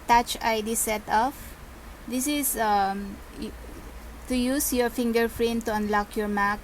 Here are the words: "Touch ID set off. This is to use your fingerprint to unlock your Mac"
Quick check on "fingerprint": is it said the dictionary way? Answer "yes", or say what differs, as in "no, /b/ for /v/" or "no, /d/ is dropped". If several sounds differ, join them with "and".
no, /f/ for /p/